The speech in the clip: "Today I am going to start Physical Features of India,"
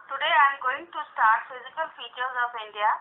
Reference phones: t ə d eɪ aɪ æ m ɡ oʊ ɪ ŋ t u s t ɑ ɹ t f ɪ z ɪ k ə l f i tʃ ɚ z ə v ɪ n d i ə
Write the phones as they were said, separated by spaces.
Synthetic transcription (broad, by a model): t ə d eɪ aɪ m ɡ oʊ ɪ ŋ t u s t ɑ ɹ t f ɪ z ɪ k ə l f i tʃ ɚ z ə p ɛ n d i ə